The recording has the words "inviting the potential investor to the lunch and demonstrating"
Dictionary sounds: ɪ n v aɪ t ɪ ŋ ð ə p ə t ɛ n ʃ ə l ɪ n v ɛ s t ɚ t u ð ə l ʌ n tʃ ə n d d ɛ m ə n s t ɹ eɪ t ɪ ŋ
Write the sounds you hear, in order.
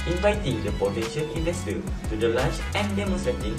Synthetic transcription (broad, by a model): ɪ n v aɪ t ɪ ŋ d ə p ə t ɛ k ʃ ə n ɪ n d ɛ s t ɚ t u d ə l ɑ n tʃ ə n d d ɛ m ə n s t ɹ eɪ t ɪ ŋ